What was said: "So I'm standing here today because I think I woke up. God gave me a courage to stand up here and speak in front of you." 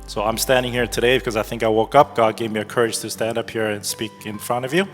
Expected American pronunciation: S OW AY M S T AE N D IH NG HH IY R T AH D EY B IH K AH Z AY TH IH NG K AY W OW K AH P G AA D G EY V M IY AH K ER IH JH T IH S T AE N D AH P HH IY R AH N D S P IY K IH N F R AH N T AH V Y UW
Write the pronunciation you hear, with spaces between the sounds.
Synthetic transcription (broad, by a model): S OW AY M S T AE N D IH NG HH IY R T AH D EY B IH K AH Z AY TH IH NG K AY W OW K AH P G AA D G EY V M IY AH K ER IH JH T IH S T AE N D AH P HH IY R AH N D S P IY K IH N F R AH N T AH V Y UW